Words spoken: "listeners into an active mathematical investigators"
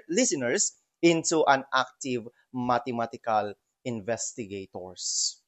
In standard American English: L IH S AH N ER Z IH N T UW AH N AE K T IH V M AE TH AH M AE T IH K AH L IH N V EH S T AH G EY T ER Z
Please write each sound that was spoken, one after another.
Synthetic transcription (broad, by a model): L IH S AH N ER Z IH N T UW AH N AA K T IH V M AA T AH M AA T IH K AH L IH N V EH S T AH G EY T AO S